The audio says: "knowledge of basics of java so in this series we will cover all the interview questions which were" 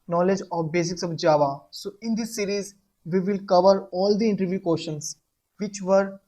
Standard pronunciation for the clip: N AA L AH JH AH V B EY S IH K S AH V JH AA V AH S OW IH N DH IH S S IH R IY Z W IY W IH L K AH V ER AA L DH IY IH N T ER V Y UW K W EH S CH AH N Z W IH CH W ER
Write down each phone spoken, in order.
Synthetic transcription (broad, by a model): N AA L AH JH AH B EY S IH K S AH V JH AA V AH S OW IH N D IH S S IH R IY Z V IY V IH L K AH V ER AA L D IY IH N T ER V Y UW K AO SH AH N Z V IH CH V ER